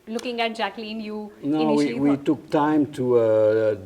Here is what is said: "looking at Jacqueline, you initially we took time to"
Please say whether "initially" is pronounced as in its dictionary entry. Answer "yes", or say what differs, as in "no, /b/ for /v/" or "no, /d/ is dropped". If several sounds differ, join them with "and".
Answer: no, /ʃ/ is dropped and /w/ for /l/